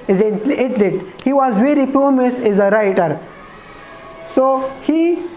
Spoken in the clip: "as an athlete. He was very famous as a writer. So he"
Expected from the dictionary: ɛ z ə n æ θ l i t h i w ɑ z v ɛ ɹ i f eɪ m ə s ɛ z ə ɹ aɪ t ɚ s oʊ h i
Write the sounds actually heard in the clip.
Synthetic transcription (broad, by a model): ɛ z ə l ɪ t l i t h i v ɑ z v ɛ ɹ i p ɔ m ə s ɛ z ə ɹ aɪ t ɚ s oʊ h i